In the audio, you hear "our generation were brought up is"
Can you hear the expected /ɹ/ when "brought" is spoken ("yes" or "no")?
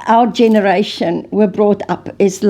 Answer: yes